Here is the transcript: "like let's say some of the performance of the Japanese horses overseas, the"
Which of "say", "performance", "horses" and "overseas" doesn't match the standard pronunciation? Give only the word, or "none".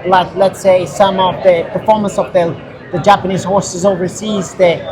none